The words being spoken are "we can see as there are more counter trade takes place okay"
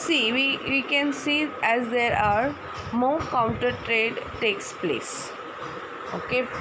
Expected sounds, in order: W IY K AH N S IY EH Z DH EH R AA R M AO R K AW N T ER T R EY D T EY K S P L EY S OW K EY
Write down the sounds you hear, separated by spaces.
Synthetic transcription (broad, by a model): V IY K AH N S IY EH Z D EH R AA R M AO K AW N T ER T R EY D T EY K S P L EY S OW K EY